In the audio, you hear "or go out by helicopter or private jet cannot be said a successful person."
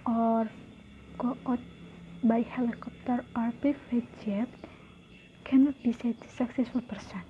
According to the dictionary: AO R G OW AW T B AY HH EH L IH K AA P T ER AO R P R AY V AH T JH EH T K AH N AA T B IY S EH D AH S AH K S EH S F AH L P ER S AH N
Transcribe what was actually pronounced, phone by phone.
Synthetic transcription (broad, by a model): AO R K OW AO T B AY HH EH L IH K AA P T ER AO R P IY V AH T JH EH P K AH N AA T B IY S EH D S AH K S EH S F AH L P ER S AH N